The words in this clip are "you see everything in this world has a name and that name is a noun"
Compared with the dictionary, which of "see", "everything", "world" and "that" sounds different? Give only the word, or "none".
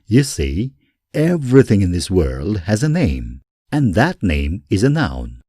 none